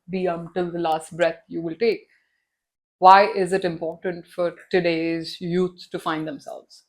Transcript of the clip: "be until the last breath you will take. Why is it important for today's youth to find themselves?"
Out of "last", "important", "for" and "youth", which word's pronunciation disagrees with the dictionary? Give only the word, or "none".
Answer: youth